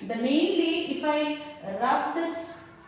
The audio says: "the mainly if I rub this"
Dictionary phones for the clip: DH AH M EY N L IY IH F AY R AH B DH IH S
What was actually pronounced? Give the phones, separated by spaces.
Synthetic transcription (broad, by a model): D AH M EY N W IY IH F AY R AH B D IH S